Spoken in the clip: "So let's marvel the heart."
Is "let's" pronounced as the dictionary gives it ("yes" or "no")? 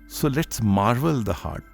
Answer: no